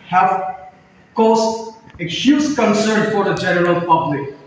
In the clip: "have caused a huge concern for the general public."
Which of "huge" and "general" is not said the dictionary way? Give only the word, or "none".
huge